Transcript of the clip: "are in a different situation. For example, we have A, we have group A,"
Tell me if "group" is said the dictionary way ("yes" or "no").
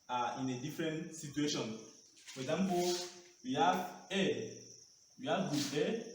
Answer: no